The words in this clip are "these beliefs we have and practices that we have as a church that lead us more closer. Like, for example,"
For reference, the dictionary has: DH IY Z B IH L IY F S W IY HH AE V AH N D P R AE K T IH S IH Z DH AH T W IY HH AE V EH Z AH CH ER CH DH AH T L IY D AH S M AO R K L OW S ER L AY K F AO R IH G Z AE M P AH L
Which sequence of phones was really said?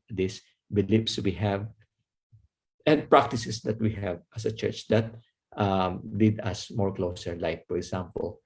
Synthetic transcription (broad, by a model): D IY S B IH L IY P S W IY HH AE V AH N D P R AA K T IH S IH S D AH T W IY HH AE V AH S AH CH ER CH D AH T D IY D AH S M AO R K L OW S ER L AY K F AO R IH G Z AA M P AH L